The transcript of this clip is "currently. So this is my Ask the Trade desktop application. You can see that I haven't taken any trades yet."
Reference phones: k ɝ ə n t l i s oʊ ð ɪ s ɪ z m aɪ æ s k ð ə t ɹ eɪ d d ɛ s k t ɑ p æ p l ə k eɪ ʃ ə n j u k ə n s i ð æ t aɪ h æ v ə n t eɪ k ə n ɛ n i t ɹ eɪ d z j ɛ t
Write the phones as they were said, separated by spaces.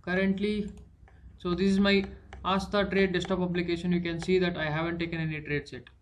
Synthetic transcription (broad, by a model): k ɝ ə n t l i s oʊ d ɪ s ɪ z m aɪ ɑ s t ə t ɹ eɪ d d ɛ s t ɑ p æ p l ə k eɪ ʃ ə n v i k ə n s i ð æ t aɪ h æ v ə n t eɪ k ə n ɛ n i t ɹ eɪ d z j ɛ t